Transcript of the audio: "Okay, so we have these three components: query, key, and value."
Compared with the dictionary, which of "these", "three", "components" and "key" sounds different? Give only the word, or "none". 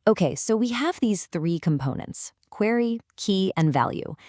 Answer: none